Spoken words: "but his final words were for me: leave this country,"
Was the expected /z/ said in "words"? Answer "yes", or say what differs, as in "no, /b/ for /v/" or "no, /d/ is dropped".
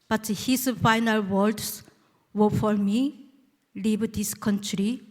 no, /s/ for /z/